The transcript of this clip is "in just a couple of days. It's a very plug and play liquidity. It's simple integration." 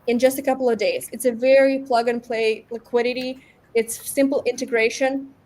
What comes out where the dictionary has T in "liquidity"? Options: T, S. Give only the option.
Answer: T